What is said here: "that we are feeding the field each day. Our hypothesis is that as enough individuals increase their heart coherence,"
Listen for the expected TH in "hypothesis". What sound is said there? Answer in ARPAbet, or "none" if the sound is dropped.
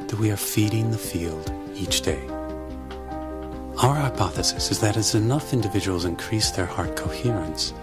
TH